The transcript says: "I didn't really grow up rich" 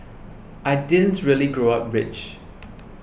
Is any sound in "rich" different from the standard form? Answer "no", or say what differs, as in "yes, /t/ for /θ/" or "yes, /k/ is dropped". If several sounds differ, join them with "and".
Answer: no